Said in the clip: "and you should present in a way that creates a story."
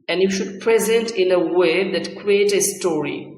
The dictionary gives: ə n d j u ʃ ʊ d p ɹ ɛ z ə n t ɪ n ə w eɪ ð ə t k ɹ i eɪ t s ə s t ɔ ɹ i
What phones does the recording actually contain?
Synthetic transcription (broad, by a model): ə n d j u ʃ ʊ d p ɹ ɛ z ə n t ɪ n ə w eɪ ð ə t k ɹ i eɪ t ə s t ɔ ɹ i